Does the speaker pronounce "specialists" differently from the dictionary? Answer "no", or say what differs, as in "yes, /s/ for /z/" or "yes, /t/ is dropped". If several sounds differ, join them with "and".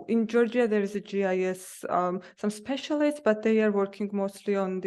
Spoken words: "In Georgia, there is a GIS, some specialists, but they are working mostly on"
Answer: no